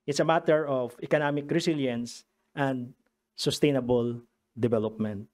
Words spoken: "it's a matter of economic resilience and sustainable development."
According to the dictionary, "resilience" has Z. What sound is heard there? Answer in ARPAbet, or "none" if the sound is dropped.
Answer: S